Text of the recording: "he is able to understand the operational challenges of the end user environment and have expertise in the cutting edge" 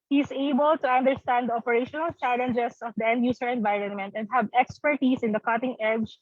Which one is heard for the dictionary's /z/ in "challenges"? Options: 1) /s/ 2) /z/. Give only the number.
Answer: 1